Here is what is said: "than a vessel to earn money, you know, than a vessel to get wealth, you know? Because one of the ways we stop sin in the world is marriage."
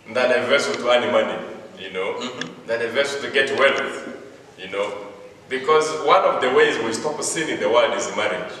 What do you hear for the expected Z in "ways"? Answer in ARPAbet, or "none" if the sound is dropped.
Z